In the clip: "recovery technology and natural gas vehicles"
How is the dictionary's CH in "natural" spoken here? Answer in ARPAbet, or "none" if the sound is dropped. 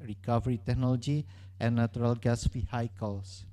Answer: none